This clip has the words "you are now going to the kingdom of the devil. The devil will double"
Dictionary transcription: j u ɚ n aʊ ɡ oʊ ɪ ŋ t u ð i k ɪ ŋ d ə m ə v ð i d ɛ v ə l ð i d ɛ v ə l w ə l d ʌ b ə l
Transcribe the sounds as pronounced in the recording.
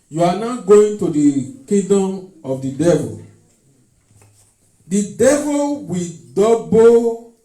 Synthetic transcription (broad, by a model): j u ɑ n aʊ ɡ oʊ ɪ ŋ t u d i k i d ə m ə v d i d ɛ v ə l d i d ɛ v ə l w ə d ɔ b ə